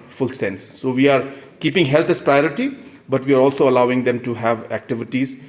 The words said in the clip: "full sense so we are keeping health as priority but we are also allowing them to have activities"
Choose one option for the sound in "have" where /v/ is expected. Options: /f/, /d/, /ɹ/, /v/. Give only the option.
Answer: /v/